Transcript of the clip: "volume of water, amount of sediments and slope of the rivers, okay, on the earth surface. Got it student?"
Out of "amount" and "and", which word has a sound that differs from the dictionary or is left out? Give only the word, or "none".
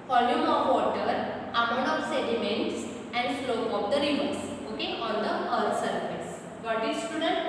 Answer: amount